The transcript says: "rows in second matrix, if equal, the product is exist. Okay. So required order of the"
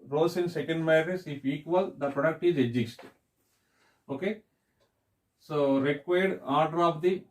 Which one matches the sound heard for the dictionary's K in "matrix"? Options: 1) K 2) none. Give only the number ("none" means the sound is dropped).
2